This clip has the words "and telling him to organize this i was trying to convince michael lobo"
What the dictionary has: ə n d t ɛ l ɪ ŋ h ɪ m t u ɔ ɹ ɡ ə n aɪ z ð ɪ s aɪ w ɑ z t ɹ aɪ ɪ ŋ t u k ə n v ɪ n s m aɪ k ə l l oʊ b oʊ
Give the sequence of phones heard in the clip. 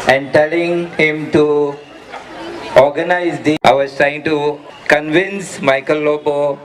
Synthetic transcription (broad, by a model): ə n d t ɛ l ɪ ŋ h ɪ m t u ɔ ɹ ɡ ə n aɪ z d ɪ aɪ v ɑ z t ɹ aɪ ɪ ŋ t u k ə n v ɪ n s m aɪ k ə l l oʊ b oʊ